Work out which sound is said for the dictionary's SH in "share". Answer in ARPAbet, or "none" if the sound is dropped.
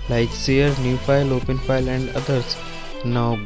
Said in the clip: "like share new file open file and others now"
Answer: S